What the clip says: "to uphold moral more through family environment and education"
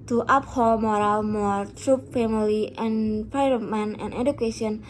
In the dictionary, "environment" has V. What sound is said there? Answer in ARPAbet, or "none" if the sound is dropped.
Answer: P